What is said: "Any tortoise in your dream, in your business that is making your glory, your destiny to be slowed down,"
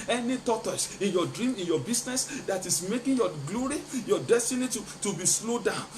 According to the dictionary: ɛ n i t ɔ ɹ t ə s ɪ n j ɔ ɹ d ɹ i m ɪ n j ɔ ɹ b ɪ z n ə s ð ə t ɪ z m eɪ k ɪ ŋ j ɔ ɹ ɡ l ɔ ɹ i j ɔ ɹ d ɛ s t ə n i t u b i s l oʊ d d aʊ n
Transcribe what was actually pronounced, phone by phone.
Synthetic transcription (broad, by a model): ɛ n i t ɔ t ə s ɪ n j ɔ d ɹ i m ɪ n j ɔ b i s n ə s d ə t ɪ s m eɪ k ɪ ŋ j ɔ ɡ l ɔ ɹ i j ɔ d ɛ s t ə n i t u b i s l oʊ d d aʊ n